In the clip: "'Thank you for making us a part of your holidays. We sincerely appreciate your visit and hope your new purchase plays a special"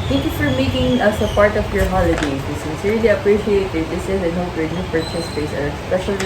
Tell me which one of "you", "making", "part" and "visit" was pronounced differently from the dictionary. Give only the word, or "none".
visit